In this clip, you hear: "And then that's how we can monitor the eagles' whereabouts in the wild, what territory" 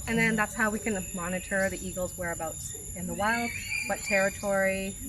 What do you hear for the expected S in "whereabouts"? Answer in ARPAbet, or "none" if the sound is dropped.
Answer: none